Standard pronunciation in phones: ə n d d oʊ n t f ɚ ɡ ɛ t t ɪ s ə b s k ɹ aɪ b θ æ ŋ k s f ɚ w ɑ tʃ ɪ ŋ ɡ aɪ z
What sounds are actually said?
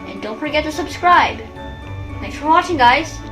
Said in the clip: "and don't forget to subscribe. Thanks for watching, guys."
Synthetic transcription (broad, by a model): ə n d d oʊ n t f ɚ ɡ ɛ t t ɪ s ə b s k ɹ aɪ b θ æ k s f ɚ w ɑ tʃ ɪ ŋ ɡ aɪ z